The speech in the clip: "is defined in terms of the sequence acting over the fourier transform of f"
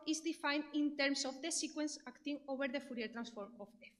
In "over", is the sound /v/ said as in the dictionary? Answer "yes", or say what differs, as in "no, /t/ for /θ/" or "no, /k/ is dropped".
no, /b/ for /v/